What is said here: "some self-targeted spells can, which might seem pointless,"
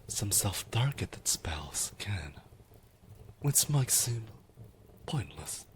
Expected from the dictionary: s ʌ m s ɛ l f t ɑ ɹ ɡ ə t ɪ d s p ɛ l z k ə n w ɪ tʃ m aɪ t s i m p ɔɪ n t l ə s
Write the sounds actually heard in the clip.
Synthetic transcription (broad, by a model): s ʌ m s ɛ l f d ɑ ɹ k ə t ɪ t s p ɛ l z k ə n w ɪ s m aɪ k s i m p ɔɪ n t l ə s